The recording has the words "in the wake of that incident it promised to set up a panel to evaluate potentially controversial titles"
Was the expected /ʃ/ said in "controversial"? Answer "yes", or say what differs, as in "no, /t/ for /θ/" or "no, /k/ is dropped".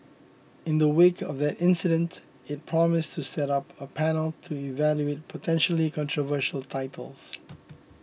yes